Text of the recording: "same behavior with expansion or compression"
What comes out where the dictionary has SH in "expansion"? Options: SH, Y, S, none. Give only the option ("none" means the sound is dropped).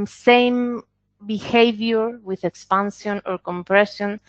S